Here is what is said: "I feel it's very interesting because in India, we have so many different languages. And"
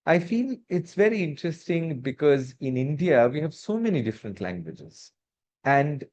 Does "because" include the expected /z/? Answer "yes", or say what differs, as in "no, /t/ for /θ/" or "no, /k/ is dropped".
yes